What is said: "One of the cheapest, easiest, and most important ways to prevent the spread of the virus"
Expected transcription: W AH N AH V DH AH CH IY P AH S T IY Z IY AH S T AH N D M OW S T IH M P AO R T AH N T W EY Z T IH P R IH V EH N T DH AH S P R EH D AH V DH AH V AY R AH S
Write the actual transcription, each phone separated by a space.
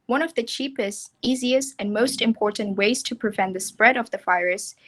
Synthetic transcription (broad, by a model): W AH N AH V DH AH CH IY P AH S T IY Z IY AH S T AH N M OW S T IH M P AO R T N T W EY Z T IH P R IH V EH N DH AH S P R EH D AH V DH AH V AY R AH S